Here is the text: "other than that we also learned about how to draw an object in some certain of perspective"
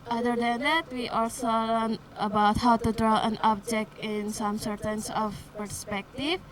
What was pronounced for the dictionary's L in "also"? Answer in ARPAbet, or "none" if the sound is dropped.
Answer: L